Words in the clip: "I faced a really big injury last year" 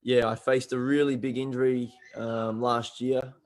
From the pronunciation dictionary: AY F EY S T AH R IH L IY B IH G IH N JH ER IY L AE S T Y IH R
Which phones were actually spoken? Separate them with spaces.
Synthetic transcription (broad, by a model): AY F EY S T AH R IH L IY B IH G IH N JH ER IY L AE S T Y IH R